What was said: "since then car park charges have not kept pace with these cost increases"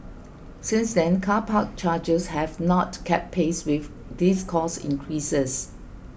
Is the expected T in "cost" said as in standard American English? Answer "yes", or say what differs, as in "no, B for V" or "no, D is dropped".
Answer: no, T is dropped